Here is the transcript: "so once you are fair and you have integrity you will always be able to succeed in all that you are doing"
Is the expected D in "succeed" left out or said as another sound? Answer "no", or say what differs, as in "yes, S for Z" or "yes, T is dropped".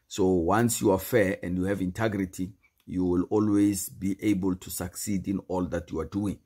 no